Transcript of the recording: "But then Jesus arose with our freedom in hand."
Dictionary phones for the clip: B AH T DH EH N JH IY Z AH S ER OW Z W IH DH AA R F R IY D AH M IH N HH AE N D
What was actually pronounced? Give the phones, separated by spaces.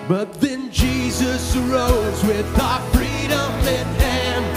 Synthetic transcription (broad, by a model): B AH T DH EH N JH IY Z AH S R OW Z W IH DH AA F R IY D AH M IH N HH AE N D